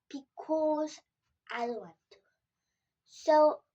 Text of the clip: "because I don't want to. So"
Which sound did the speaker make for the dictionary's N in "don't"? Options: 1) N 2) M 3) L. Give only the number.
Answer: 3